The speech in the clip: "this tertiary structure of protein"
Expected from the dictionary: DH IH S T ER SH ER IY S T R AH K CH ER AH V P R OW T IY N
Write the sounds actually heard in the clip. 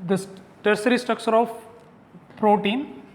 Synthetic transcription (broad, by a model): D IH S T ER S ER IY S T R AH K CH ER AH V P R OW T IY N